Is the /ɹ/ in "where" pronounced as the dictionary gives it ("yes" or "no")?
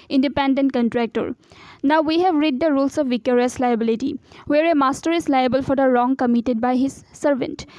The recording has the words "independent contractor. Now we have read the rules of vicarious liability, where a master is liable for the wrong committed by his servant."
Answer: yes